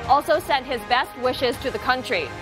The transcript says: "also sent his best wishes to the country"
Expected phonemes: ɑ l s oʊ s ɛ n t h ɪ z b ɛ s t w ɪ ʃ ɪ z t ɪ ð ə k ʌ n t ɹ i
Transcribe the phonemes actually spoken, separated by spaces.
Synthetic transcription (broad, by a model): ɑ l s oʊ s ɛ n t h ɪ z b ɛ s t w ɪ ʃ ɪ z t ɪ ð ə k ʌ n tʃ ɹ i